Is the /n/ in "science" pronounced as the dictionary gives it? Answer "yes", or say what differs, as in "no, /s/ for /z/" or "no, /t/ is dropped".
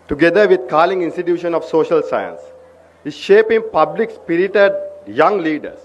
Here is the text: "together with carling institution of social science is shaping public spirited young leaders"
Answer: yes